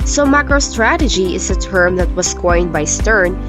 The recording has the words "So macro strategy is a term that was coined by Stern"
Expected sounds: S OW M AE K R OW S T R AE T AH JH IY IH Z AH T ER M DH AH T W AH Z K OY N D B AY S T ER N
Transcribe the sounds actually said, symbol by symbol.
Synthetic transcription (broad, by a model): S OW M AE K R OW S T R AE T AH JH IY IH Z AH T ER M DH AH T W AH S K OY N B AY S T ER N